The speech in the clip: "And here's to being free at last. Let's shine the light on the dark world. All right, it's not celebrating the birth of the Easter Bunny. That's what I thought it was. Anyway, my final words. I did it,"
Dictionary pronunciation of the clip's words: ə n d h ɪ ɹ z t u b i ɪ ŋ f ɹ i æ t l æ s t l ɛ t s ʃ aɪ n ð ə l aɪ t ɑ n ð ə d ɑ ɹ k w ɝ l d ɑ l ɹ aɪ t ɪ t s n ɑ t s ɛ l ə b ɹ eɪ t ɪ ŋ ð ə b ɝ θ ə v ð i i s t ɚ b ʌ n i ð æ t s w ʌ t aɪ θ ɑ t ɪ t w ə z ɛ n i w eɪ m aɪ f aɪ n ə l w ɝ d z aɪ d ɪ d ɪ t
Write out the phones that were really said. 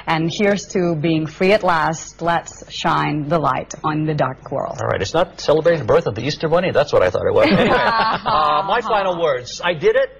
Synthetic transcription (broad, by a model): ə n h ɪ ɹ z t u b i ɪ ŋ f ɹ i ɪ t l æ s t l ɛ t s ʃ aɪ n ð ə l aɪ t n ð ə d ɑ ɹ k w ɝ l l ɹ aɪ t ɪ t s n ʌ t s ɛ l ə b ɹ eɪ t ɪ ŋ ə b ɝ θ ə v ð i i s t ɚ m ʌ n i ð æ t s w ʌ t aɪ θ ɑ t ɪ t w ə z m aɪ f aɪ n l w ɝ d z aɪ d ɪ d ɪ t